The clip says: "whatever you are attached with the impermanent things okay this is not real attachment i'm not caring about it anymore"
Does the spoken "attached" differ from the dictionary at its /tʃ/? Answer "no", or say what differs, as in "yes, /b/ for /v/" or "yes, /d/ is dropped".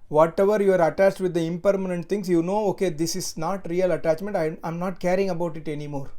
no